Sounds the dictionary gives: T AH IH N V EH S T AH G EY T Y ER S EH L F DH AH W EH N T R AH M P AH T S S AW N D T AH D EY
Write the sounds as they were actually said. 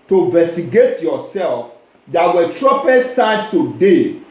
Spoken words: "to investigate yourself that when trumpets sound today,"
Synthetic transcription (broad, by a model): T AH V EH S T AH G EY T Y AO S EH L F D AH W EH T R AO P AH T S S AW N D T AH D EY